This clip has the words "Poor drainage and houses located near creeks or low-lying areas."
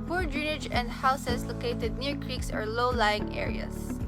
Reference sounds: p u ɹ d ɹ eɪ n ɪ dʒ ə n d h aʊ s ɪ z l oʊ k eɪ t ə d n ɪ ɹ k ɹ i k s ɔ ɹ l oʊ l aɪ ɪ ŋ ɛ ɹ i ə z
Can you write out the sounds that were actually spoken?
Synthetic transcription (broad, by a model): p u ɹ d ɹ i n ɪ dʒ ə n d h aʊ s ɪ s l oʊ k eɪ t ə d n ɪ ɹ k ɹ i k s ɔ ɹ l oʊ l aɪ ɪ ŋ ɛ ɹ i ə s